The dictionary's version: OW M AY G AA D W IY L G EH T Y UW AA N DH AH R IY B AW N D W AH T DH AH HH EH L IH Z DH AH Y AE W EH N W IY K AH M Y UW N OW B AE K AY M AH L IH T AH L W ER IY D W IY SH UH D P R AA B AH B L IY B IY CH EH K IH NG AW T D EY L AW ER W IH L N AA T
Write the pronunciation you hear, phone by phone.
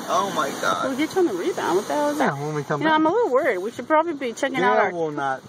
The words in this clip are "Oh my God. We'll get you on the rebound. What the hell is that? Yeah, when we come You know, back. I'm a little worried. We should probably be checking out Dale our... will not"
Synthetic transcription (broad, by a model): OW M AY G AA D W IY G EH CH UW N DH AH R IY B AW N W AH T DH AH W IH Z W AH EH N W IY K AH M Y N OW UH AY M AH L IH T L W ER IY D W IY SH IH D P R AA B AH B L IY B IY CH EH K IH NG AW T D AW ER W IH L N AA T